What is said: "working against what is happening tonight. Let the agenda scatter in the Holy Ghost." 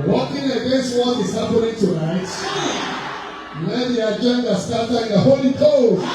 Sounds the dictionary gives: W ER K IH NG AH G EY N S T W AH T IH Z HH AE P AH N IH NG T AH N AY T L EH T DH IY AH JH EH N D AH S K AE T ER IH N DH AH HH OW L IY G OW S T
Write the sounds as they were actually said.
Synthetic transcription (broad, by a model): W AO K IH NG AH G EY S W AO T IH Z HH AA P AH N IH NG T AH N AY T N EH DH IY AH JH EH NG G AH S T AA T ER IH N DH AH HH OW L IY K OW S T